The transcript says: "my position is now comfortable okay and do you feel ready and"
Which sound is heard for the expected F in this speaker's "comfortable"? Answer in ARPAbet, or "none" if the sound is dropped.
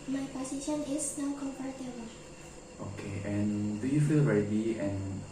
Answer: P